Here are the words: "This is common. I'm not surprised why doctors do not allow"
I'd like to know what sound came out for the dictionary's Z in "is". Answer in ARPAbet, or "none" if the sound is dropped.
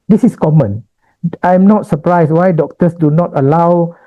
S